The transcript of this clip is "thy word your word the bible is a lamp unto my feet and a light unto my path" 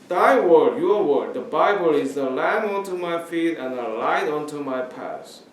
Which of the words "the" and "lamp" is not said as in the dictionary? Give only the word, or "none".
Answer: lamp